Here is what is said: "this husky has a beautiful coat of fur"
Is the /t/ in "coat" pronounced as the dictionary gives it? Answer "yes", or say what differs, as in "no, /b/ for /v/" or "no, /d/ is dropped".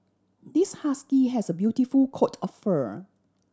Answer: yes